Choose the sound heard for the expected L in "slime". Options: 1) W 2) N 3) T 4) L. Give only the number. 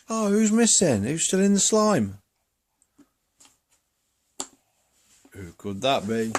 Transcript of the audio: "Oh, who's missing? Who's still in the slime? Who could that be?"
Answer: 4